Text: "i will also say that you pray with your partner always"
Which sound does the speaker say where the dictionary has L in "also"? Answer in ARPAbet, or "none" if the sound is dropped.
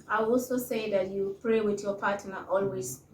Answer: L